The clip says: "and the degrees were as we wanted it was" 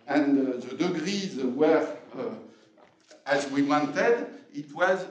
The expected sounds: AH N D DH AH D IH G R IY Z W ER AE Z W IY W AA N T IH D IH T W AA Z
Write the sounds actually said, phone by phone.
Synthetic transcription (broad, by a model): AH N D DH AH D IH G R IY Z W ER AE Z W IY W AA N T IH D IH T W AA Z